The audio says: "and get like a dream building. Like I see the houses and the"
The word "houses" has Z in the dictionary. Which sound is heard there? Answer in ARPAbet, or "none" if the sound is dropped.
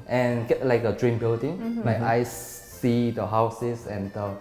S